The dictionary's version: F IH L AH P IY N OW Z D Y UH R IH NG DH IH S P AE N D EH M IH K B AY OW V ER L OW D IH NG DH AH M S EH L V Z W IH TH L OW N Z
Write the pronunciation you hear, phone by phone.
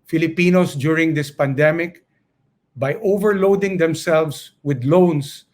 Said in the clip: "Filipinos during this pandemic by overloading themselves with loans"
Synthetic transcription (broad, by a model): F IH L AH P IY N OW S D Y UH R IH NG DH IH S P AE N D EH M IH K B AY OW V ER L OW D IH NG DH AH M S EH L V S W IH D L OW N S